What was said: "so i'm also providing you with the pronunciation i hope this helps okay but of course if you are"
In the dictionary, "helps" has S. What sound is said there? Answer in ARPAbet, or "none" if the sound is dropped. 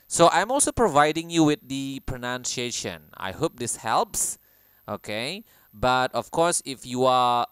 S